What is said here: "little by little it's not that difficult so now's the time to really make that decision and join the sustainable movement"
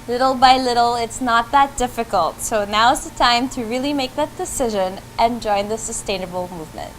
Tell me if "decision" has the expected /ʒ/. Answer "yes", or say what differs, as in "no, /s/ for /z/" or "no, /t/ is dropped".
yes